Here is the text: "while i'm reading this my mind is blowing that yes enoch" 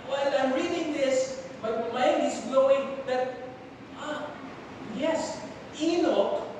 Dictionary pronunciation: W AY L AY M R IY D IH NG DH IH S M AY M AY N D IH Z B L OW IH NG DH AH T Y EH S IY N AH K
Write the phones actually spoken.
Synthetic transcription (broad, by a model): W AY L AY M R IY D IH NG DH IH S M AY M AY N IH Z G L OW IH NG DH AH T Y EH S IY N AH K